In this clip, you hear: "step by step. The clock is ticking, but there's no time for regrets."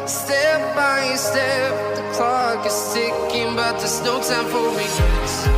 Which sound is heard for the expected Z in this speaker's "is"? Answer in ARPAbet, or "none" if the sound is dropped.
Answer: S